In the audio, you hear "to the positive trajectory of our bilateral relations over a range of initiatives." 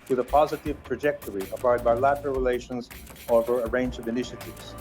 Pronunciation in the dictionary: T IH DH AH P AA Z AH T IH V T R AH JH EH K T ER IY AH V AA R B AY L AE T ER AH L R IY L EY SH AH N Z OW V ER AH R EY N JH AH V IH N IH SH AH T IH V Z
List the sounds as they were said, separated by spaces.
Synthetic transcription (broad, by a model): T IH DH AH P AA Z AH T IH V T R AH JH EH K T ER IY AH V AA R B AY L AE T ER AH L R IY L EY SH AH N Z OW V ER AH R EY N JH AH V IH N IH SH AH T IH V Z